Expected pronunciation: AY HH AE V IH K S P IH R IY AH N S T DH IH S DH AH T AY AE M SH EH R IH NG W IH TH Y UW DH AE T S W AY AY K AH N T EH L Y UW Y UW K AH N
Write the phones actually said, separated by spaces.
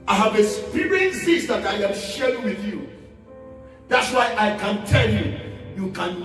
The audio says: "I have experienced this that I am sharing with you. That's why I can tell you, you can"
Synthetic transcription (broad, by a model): AY HH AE V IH S P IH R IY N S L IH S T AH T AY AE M SH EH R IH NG W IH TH Y UW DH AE T S W AY AY K AH N T EH L Y UW Y UW K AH N